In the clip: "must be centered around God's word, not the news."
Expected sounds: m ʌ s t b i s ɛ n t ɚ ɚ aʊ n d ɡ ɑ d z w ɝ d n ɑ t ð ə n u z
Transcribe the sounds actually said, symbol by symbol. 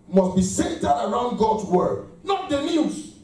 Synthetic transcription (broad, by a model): m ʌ s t b i s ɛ t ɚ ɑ aʊ n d ɡ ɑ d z w ɝ d n ɑ t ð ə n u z